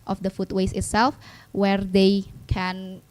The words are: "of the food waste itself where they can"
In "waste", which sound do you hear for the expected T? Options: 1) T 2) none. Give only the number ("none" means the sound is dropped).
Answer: 2